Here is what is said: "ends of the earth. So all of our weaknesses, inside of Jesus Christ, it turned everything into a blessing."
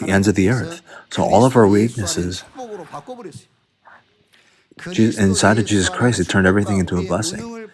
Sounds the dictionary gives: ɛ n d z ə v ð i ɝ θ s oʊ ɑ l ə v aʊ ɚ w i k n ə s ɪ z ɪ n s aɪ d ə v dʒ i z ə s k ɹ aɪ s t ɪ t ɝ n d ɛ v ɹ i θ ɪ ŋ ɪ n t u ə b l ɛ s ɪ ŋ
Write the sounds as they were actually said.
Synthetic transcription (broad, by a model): ɛ n d z ə v ð i ɝ θ s oʊ ɑ l ə v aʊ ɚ w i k n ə s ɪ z ɪ n s aɪ d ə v dʒ i z ə s k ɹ aɪ s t ɪ t ɝ n d ɛ v ɹ i θ ɪ ŋ ɪ n t u ə b l ɛ s ɪ ŋ